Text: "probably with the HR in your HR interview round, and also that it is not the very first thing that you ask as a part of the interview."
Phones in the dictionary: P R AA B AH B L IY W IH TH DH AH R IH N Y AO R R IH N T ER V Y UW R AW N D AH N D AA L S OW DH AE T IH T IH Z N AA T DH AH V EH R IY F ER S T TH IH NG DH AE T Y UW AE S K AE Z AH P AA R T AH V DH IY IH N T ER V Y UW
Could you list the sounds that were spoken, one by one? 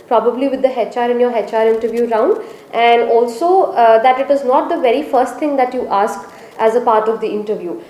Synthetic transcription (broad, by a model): P R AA B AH B L IY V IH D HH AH R IH N Y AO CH R IH N T ER V Y UW R AW N D AH N D AA L S OW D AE T IH T IH Z N AA T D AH V EH R IY F ER S T T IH NG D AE T Y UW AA S K AE Z AH P AA R T AH V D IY IH N T ER V Y UW